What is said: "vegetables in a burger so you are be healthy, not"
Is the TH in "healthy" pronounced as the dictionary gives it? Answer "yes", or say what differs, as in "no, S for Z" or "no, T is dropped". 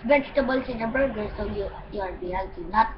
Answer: no, T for TH